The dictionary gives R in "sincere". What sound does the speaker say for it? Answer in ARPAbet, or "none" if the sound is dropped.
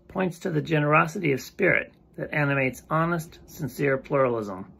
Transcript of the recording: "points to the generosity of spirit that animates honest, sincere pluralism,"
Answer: R